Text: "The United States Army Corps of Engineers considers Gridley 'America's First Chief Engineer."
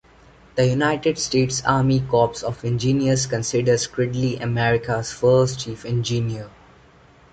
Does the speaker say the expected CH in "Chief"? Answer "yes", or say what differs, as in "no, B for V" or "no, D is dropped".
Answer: yes